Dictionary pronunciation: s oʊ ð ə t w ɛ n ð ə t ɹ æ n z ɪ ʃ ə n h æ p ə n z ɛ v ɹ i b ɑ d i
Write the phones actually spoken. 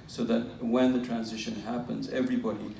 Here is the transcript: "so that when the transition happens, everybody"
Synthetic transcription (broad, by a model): s oʊ ð ə t w ɛ n ð ə t ɹ æ n z ɪ ʃ ə n h æ p ə n z ɛ v ɹ i b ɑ d i